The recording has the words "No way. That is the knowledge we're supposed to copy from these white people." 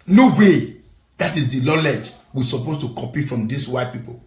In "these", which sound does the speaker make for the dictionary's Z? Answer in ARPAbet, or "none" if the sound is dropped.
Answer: S